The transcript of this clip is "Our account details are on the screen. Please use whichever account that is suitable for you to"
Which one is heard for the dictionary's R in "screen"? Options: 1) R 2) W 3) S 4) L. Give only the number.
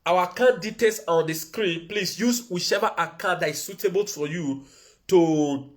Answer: 1